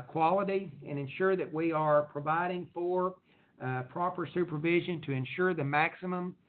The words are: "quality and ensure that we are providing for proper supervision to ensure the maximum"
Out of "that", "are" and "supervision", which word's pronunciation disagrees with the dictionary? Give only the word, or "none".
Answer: none